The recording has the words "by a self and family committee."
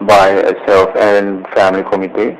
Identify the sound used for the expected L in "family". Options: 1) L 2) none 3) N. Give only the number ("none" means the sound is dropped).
1